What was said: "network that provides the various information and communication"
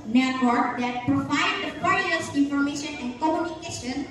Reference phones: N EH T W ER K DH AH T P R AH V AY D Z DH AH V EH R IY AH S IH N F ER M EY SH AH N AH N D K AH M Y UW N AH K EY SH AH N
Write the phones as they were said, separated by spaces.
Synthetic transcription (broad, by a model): N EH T W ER K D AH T P R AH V AY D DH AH P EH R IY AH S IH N F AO M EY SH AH N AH N K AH M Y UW N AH K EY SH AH N